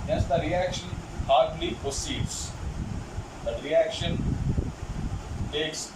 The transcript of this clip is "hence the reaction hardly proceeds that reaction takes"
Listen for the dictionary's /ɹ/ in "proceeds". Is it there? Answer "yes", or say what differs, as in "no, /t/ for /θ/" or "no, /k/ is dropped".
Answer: no, /ɹ/ is dropped